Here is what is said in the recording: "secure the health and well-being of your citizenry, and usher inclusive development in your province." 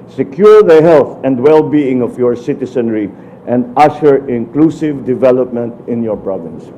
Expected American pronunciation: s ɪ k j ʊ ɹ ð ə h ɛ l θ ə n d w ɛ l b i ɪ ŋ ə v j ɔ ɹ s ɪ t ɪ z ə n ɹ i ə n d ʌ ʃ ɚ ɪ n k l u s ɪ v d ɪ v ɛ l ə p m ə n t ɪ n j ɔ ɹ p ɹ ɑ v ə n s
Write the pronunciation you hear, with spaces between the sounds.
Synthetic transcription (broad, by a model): s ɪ k j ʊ ɹ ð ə h ɛ l θ ə n d w ɛ l b i ɪ ŋ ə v j ɔ ɹ s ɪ t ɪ s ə n ɹ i ə n d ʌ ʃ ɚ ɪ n k l u s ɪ v d ɪ v ɛ l ə p m ə n t ɪ n j ɔ ɹ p ɹ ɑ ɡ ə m s